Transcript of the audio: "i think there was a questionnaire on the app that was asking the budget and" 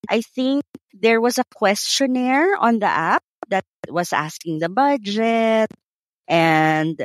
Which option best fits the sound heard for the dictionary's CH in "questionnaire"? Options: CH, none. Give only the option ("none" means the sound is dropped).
CH